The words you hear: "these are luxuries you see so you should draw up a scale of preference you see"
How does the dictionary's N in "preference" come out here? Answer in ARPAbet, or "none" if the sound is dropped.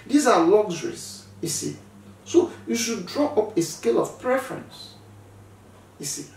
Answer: N